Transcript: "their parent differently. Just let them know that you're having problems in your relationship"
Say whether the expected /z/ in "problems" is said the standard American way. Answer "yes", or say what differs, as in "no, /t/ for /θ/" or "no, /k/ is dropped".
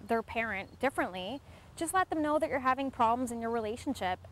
yes